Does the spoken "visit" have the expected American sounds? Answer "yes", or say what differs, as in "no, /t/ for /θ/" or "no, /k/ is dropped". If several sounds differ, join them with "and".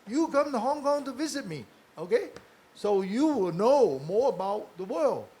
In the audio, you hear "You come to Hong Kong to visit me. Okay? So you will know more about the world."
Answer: yes